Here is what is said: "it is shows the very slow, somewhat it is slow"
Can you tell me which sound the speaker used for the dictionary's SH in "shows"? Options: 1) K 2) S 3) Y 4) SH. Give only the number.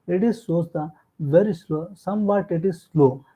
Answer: 2